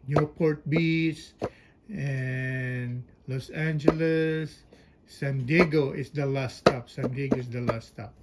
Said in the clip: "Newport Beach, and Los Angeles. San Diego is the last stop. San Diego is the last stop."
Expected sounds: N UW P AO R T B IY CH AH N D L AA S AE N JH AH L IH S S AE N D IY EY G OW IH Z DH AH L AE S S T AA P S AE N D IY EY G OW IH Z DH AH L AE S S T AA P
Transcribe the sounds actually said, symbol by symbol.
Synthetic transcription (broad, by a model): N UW P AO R T B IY S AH N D L AA S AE N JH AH L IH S S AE N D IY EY G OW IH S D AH L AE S S T AA P S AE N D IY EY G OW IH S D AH L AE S S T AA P